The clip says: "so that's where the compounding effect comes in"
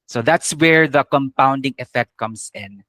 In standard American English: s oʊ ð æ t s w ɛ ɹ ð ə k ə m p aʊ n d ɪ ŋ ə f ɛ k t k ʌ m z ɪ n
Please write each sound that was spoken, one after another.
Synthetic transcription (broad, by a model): s oʊ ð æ t s w ɛ ɹ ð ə k ə m p aʊ n d ɪ ŋ ə f ɛ k t k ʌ m s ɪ n